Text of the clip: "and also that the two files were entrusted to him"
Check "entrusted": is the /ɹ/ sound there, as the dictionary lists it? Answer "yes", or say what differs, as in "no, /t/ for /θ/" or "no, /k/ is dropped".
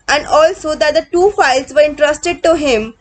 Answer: yes